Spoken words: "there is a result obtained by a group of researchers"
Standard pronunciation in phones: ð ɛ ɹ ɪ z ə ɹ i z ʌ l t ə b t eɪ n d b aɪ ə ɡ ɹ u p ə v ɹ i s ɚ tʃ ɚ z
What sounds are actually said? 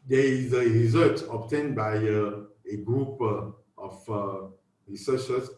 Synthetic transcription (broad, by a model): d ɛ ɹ ɪ z ə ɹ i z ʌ t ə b t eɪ n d b aɪ ə ɡ ɹ u p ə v ɹ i s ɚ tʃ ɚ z